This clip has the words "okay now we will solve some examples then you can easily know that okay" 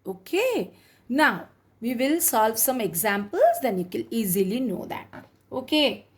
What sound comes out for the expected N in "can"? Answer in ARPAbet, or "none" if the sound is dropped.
L